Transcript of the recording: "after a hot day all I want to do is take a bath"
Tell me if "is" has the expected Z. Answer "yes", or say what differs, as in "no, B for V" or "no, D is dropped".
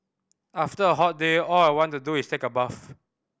no, S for Z